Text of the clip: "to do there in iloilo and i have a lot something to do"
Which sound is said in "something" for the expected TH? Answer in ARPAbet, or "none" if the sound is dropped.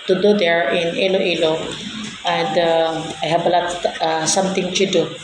T